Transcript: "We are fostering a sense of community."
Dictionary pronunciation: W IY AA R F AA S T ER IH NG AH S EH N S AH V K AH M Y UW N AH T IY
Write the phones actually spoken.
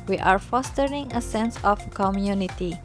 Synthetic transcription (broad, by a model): W IY AA R F AA S T ER IH NG AH S EH N S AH F K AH M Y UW N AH T IY